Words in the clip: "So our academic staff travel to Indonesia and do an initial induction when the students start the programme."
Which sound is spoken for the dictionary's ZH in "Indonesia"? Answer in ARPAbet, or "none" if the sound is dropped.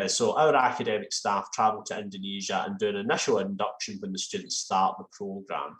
ZH